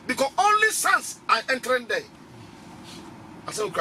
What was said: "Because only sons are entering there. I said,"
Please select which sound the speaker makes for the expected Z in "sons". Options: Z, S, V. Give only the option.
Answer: S